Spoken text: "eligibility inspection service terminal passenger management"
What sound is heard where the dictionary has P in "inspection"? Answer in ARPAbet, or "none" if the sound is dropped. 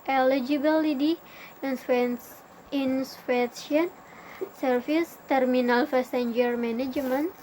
F